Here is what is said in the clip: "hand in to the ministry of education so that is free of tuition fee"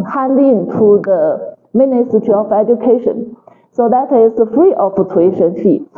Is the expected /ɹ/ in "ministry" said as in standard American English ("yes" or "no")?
no